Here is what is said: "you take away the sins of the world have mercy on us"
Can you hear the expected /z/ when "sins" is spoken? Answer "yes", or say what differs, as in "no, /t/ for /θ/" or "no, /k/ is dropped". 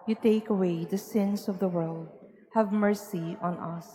no, /s/ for /z/